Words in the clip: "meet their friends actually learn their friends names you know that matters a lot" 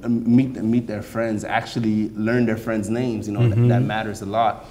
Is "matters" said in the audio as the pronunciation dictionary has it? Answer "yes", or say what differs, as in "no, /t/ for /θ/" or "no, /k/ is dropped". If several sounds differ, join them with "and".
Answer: yes